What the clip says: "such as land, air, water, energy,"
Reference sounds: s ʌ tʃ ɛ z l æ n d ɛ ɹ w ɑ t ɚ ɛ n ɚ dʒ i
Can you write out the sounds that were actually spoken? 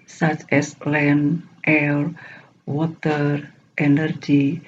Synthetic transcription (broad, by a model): s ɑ tʃ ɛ s l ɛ n ɛ l w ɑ t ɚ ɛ n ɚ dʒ i